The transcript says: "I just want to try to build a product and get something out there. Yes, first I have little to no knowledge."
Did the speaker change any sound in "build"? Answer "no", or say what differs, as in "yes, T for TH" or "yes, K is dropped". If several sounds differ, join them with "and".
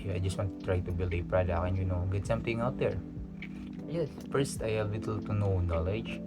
yes, D is dropped